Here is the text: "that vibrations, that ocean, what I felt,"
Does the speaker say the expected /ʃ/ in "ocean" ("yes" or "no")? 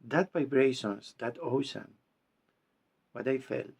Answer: no